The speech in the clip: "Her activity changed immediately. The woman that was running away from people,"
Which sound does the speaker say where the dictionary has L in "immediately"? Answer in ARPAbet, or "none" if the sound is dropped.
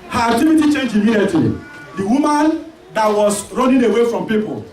none